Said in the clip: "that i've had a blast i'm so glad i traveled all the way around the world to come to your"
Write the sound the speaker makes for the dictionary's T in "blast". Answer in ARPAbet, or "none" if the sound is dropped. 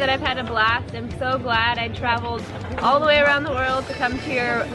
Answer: T